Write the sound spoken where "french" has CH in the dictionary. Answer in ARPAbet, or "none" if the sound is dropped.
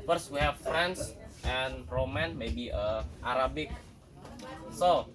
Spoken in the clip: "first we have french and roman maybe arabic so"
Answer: S